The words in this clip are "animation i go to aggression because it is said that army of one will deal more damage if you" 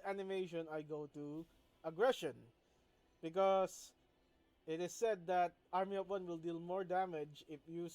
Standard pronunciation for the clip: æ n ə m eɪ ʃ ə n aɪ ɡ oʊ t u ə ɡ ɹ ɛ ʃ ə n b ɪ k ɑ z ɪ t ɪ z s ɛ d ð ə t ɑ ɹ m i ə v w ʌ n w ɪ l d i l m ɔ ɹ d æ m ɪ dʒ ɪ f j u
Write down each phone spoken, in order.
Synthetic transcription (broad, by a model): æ n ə m eɪ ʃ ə n aɪ ɡ oʊ t u ə ɡ ɹ ɛ ʃ ə n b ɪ k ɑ s ɪ t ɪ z s ɛ d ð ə t ɑ ɹ m i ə p w ʌ n w ɪ l d i l m ɔ ɹ d æ m ɪ dʒ ɪ f j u